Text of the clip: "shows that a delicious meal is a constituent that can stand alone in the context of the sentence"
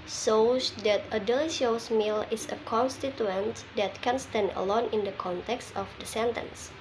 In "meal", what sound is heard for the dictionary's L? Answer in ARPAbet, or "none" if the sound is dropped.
L